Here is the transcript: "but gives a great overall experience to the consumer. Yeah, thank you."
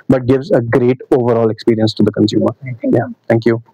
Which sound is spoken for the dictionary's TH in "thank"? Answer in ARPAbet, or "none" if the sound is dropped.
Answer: T